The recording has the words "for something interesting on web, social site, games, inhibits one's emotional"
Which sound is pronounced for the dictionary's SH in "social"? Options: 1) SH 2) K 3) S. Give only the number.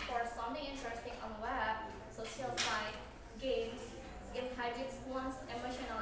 3